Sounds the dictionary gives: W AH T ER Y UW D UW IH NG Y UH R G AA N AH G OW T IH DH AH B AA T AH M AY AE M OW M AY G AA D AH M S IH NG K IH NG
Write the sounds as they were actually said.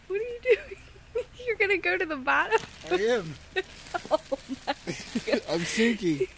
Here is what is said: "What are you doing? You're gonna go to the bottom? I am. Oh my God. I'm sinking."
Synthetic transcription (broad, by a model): W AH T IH Y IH D UW IH NG Y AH R G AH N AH G OW T IH DH AH B AA T AH M AY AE M OW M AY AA AH M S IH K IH